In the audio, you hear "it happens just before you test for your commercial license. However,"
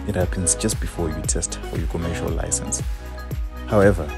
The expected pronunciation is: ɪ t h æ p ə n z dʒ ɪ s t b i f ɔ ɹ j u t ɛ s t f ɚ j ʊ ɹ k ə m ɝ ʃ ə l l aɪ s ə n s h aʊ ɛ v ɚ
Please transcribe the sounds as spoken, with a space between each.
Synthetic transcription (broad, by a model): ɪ t h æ p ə n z dʒ ɪ s t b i f ɔ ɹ j u t ɛ s t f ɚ j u k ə m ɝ ʃ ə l l aɪ s ə n s h aʊ ɛ v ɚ